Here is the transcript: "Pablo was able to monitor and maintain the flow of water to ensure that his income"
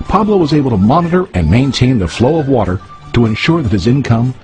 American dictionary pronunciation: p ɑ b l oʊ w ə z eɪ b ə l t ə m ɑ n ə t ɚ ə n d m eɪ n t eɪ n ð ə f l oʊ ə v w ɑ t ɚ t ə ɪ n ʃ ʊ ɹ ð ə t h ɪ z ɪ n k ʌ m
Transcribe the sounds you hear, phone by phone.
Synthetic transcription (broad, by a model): p ɑ b l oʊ w ə z eɪ b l t ə m ɑ n ə t ɚ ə n m eɪ n t eɪ n ð ə f l oʊ ə v w ɑ t ɚ t ə ɪ n ʃ ʊ ɹ ð ə t h ɪ z ɪ n k ʌ m